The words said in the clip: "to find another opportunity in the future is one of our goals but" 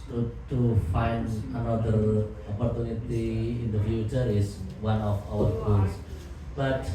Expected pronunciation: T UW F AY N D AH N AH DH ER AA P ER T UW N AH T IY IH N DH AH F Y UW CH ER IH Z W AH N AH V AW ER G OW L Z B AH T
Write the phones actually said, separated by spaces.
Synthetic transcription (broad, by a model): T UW F AY N D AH N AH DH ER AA P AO T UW N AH T IY IH N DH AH F Y UW CH ER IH S W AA N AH F AW ER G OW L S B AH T